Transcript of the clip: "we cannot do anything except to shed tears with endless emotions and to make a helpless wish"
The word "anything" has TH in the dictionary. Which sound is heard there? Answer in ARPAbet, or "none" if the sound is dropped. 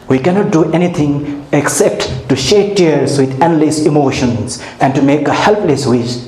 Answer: T